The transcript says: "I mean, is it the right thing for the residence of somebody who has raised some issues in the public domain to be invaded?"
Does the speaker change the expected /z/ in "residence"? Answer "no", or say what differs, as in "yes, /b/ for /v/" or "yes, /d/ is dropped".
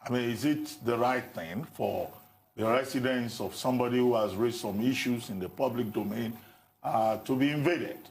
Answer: yes, /s/ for /z/